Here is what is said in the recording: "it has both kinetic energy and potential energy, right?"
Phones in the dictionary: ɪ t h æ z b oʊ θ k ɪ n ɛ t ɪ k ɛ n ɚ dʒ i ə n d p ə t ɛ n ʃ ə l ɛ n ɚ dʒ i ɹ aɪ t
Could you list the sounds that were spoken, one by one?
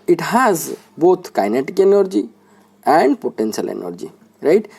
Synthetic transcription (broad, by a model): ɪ t h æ z b oʊ t k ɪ n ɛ t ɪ k ɛ n ɚ dʒ i ə n d p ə t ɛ n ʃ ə l ɛ n ɚ dʒ i ɹ aɪ t